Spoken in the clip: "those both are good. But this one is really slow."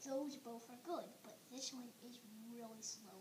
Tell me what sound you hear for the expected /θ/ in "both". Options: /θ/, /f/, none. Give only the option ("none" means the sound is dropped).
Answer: /f/